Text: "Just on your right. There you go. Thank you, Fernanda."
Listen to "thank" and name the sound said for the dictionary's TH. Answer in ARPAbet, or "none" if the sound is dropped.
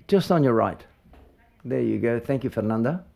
TH